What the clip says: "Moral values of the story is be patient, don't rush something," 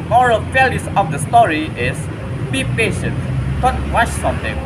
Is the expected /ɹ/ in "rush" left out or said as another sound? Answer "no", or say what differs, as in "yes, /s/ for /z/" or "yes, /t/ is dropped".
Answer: yes, /w/ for /ɹ/